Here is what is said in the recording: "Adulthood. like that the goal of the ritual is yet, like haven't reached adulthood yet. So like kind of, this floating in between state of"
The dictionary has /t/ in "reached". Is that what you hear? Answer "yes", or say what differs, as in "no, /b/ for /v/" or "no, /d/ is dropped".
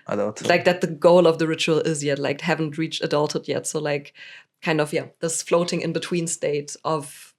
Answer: yes